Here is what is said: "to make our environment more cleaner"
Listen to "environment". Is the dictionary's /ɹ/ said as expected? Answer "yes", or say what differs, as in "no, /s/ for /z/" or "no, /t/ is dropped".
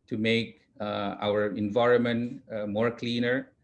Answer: yes